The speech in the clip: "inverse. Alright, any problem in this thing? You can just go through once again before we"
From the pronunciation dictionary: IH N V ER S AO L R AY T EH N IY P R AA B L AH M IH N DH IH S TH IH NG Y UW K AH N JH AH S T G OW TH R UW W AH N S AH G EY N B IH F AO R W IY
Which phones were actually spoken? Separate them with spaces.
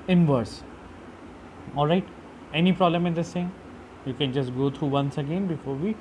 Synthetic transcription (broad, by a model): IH N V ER S AO L R AY T EH N IY P R AA B L AH M IH N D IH S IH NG Y UW K AH N JH AH S T G OW T R UW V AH N S AH G EY N B IH F AO R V IY